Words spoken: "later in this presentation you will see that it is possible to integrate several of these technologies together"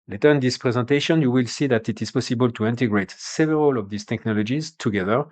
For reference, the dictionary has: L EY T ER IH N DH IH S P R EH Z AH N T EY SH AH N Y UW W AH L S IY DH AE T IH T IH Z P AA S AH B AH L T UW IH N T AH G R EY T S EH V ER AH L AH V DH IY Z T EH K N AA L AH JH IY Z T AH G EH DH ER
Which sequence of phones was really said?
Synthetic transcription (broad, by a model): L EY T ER IH N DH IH S P R EH Z AH N T EY SH AH N Y UW W AH L S IY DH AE T IH T IH Z P AA S AH B AH L T UW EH N T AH G R EY T S EH V ER AH L AH V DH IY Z T EH K N AA L AH JH IY Z T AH G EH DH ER